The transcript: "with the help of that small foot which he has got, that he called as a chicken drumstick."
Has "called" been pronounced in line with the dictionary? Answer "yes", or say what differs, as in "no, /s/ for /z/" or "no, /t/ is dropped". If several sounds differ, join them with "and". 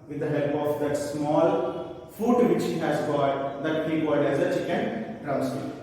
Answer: no, /l/ is dropped